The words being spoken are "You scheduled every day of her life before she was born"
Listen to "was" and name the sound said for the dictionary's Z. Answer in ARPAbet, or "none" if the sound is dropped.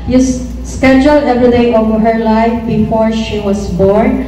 S